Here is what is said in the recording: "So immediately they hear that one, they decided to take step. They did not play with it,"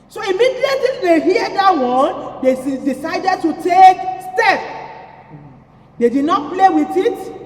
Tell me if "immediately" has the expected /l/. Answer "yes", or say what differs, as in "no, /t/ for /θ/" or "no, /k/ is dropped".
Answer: no, /l/ is dropped